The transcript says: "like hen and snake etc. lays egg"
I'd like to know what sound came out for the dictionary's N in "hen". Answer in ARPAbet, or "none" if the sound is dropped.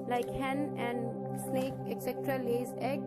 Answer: N